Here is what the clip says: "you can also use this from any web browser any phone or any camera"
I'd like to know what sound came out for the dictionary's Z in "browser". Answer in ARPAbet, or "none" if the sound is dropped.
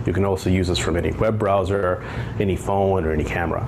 Z